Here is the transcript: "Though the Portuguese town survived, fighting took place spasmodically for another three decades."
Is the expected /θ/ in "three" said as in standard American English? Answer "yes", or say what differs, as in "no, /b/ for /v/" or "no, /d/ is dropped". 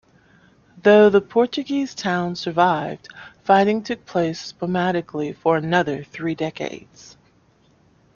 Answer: yes